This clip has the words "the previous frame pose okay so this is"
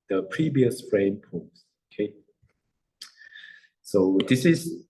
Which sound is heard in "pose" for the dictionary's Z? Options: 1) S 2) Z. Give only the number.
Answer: 1